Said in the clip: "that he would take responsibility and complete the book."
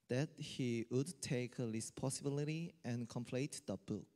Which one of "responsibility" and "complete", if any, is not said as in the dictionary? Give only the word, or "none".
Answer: responsibility